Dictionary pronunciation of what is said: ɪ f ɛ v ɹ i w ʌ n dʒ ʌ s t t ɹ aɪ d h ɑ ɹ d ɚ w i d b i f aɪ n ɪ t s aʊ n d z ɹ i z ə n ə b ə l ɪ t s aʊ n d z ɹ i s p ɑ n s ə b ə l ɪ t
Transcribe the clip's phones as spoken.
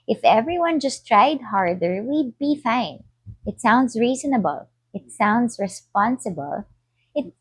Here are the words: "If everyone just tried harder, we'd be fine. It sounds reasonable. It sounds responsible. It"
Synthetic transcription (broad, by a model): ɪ f ɛ v ɹ i w ʌ n dʒ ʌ s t t ɹ aɪ d h ɑ ɹ d ɚ w i d b i f aɪ n ɪ t s aʊ n d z ɹ i z ə n ə b ə l ɪ t s aʊ n d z ɹ i s p ɑ n s ə b ə l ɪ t